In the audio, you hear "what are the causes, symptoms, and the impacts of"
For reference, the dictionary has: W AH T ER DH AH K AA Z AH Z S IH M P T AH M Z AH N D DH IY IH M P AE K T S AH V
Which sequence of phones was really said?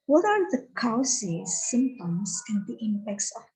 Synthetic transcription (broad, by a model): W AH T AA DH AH K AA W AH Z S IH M T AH M S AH N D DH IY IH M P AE K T S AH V